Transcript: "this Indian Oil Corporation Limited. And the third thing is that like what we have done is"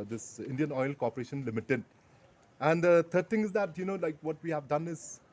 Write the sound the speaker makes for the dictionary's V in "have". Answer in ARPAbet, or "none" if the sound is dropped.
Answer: V